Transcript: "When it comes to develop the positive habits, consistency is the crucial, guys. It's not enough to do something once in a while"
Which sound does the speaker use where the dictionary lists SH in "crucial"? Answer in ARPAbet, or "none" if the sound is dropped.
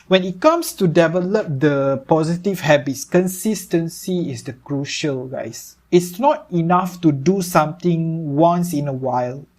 SH